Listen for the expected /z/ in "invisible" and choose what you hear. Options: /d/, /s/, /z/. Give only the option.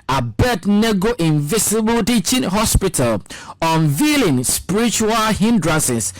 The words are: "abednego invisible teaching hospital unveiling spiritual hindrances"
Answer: /s/